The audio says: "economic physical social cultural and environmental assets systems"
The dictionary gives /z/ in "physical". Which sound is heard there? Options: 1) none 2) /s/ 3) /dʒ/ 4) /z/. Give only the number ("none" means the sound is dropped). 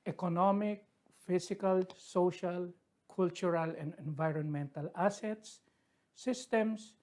2